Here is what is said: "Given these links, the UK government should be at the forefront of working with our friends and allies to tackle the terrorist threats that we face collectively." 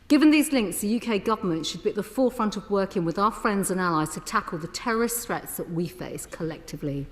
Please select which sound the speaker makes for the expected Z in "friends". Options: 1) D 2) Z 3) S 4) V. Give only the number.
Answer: 2